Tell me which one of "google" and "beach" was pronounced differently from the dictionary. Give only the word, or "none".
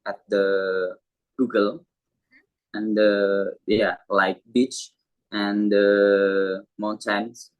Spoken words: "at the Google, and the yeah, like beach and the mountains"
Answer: none